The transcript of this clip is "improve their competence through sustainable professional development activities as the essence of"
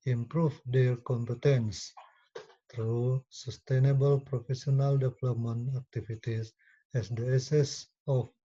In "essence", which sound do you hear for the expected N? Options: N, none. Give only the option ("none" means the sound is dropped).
none